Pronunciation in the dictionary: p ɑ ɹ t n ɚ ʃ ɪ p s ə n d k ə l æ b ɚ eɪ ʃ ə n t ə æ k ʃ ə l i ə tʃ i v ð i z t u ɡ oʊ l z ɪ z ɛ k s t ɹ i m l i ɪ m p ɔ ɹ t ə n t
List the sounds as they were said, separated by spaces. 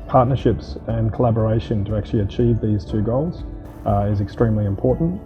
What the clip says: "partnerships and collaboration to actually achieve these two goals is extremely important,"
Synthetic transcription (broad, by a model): p ɑ ɹ t n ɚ ʃ ɪ p s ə n k ə l æ b ɚ eɪ ʃ ə n t ə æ k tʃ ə l i ə tʃ i v ð i z t u ɡ oʊ l z ɪ z ɛ k s t ɹ i m l i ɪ m p ɔ ɹ t n t